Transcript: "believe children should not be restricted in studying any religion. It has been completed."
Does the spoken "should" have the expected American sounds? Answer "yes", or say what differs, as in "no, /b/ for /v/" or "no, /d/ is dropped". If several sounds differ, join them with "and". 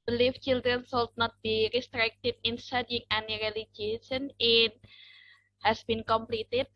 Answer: no, /s/ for /ʃ/